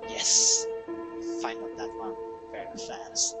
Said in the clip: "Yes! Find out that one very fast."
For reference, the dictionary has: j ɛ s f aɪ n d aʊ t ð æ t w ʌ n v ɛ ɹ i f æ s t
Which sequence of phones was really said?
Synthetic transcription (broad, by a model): j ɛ s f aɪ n aʊ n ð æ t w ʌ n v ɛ ɹ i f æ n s